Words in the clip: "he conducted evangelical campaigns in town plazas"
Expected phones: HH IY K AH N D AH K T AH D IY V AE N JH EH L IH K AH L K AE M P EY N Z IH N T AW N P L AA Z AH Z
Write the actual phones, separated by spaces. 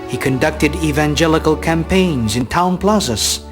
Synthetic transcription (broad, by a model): HH IY K AH N D AH K T AH D IY V AE N JH EH L IH K AH L K AE M P EY N Z IH N T AW N P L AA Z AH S